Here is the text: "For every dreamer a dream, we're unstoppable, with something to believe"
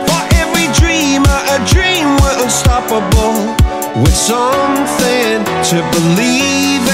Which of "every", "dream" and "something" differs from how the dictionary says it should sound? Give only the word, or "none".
none